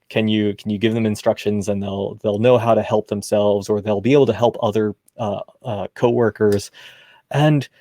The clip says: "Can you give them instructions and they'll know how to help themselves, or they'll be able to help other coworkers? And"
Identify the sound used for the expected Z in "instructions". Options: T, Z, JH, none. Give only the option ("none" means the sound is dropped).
Z